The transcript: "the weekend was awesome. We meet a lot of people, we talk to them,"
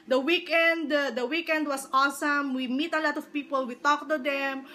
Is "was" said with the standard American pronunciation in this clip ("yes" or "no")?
no